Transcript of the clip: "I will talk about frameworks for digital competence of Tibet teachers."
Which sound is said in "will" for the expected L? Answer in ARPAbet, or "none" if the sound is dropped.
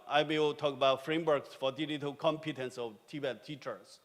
W